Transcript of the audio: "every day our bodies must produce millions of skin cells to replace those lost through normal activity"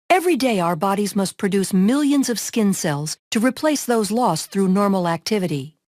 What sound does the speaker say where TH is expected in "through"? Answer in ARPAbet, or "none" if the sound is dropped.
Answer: TH